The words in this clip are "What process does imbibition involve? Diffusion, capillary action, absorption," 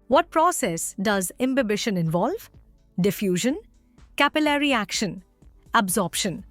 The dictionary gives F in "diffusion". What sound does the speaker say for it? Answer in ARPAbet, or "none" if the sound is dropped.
F